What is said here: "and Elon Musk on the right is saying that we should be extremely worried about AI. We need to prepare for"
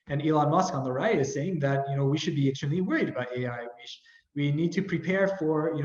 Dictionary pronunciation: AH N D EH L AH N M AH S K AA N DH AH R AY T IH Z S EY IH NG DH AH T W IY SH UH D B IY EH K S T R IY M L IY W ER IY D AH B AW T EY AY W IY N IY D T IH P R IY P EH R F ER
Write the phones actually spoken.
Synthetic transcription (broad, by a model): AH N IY L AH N M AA S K AA N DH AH R AY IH IH Z S EY IH NG DH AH T W IY SH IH D B IY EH S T AH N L IY W ER IY D AH B AW T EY AY W IY N IY D T IH P R IY P EH R F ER